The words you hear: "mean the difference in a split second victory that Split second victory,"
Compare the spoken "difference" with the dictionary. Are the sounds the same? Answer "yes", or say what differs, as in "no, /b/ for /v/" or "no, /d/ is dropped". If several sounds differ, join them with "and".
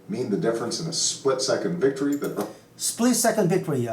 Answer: yes